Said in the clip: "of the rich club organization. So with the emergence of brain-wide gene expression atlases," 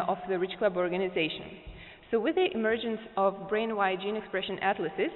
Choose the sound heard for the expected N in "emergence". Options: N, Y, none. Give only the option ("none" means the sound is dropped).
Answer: N